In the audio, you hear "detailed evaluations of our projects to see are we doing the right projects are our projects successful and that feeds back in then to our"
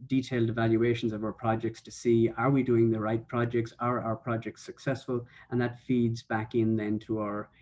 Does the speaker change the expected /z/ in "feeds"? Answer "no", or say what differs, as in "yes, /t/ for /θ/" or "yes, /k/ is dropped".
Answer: no